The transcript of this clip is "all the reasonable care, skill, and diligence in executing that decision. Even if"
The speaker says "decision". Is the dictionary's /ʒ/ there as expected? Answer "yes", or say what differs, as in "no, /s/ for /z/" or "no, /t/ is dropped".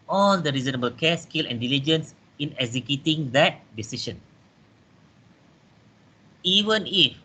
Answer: no, /ʃ/ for /ʒ/